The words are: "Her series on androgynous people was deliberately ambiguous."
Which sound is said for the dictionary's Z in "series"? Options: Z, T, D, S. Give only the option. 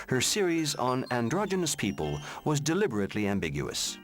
Z